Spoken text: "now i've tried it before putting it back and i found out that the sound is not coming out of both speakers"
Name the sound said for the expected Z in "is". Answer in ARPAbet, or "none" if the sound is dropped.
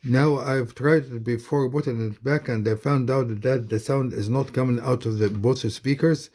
Z